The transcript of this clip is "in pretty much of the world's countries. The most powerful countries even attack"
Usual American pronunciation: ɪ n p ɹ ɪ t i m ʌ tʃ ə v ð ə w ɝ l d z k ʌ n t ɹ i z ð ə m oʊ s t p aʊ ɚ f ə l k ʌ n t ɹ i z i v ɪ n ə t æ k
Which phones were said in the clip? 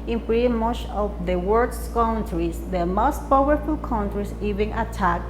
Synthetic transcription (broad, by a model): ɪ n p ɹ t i m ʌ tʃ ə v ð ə w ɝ d s k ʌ n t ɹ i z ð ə m oʊ s t p aʊ ɚ f ə l k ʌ n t ɹ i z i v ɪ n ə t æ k